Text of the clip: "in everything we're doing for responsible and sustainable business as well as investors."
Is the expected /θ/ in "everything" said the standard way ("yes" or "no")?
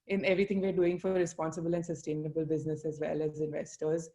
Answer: no